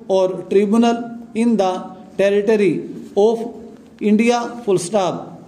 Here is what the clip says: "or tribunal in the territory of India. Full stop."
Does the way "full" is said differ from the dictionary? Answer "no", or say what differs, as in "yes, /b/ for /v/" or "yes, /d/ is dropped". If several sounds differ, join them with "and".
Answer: yes, /p/ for /f/